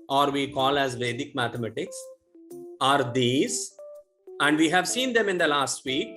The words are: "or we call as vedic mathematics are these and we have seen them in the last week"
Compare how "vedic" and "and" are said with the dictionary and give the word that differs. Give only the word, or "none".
none